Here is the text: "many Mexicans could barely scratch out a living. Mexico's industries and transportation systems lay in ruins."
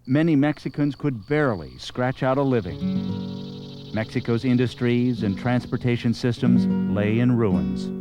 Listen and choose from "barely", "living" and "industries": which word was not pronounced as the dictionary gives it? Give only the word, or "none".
none